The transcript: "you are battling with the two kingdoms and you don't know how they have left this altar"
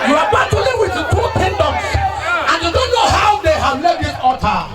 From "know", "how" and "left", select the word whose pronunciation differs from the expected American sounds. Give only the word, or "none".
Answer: left